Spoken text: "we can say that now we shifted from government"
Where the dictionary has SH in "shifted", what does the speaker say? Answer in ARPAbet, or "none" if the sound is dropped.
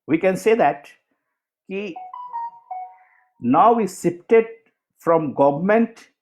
S